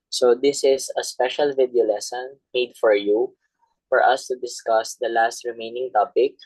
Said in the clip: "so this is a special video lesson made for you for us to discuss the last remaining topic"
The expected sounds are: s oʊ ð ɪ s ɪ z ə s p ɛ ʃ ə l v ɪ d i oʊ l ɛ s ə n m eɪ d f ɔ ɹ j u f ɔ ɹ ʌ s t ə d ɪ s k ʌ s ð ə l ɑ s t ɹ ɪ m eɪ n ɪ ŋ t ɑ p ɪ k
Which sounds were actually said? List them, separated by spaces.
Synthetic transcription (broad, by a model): s oʊ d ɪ s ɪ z ə s p ɛ ʃ ə l v ɪ d i oʊ l ɛ s ə n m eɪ d f ɔ ɹ j u f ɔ ɹ ʌ s t ə d ɪ s k ʌ s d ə l ɑ s t ɹ ɪ m eɪ n ɪ ŋ t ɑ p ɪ k